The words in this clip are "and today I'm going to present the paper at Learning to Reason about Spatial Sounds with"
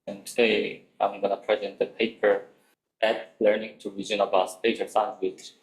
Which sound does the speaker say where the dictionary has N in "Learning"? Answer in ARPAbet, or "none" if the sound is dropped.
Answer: N